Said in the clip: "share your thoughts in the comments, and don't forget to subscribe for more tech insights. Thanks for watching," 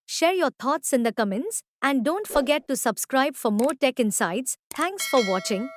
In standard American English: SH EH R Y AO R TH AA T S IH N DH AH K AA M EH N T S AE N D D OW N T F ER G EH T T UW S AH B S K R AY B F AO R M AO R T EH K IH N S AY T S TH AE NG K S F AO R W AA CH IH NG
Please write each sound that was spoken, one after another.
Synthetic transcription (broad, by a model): SH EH R Y AO R T AA T S IH N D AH K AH M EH N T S AE N D D OW N T F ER G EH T T UW S AH B S K R AY B F AO R M AO R T EH K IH N S AY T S T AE NG K S F AO R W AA CH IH NG